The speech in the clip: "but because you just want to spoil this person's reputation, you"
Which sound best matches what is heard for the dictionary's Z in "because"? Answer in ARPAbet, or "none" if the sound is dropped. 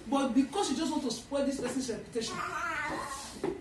S